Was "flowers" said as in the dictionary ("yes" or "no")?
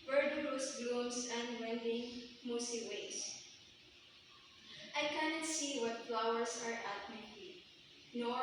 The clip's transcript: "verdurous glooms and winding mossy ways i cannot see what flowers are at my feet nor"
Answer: no